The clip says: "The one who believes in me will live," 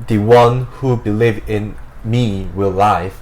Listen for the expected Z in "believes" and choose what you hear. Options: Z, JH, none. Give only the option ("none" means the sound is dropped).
none